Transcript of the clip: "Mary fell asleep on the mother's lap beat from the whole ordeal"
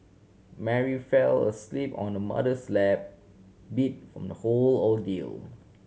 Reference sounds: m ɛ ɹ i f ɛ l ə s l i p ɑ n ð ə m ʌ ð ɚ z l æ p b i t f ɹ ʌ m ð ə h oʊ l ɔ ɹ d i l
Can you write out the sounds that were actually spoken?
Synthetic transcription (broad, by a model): m ɛ ɹ i f ɛ l ə s l i p ɑ n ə m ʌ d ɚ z l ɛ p b i t f ɹ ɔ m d ə h oʊ l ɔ l d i l